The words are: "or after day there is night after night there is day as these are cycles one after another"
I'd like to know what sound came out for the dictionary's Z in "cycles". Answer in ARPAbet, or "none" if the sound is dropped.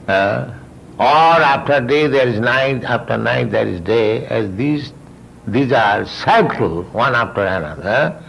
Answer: none